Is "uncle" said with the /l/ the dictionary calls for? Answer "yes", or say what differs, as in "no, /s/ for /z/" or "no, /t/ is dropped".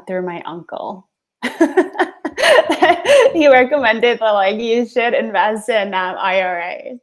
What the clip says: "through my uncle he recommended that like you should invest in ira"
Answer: yes